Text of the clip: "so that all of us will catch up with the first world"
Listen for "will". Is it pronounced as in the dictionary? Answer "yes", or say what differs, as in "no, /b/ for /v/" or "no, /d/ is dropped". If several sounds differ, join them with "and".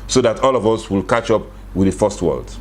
yes